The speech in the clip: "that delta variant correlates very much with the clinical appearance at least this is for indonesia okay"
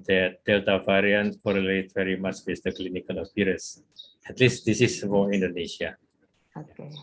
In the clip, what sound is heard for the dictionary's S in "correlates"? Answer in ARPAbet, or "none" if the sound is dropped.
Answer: none